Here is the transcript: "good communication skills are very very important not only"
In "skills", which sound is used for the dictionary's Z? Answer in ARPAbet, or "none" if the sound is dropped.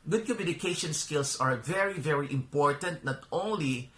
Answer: S